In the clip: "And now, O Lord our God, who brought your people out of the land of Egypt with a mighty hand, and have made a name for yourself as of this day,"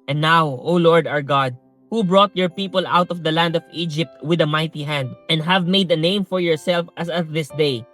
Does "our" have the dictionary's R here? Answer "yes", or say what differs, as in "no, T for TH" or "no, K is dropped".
yes